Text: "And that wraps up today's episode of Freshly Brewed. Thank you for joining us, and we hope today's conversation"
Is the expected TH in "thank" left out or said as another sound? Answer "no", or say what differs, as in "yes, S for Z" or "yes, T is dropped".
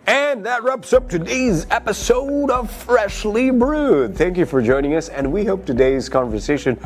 no